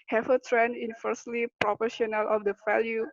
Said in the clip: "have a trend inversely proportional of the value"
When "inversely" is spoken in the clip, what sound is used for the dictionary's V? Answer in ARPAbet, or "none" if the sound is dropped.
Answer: F